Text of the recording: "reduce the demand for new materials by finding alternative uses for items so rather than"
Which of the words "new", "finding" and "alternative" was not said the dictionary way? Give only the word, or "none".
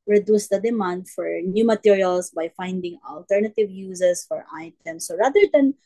none